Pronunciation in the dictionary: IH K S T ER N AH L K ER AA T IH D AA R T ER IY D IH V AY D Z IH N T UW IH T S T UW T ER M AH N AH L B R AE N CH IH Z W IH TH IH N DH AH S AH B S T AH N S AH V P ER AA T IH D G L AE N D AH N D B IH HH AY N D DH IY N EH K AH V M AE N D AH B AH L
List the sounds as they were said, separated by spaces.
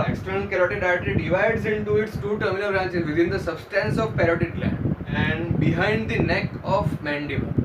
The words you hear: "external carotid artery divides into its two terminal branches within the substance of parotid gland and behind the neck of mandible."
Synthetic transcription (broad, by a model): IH K S T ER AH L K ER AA T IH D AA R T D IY D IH V AY D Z IH N T UW IH T S T UW T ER M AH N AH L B R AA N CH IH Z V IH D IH N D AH S AH B S T AH N S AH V P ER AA T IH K L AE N AH N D B IH HH AY N D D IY N EH K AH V M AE N D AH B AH